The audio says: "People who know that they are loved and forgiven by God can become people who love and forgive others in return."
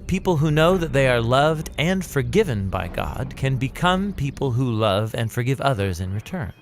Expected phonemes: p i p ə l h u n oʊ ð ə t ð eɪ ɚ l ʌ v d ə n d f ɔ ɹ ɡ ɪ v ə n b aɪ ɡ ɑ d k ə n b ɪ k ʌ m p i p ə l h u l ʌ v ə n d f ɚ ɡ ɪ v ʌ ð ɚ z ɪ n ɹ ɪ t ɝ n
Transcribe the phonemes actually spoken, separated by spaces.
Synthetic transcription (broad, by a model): p i p l h u n oʊ ð ə t ð eɪ ɚ l ʌ v d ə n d f ɔ ɹ ɡ ɪ v ə n b aɪ ɡ ɑ d k ə n b ɪ k ʌ m p i p l h u l ʌ v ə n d f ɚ ɡ ɪ v ʌ ð ɚ z ɪ n ɹ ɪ t ɝ n